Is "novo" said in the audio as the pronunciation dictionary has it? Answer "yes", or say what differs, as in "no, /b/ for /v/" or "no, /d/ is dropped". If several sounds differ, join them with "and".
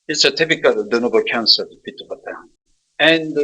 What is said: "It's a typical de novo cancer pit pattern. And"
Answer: no, /b/ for /v/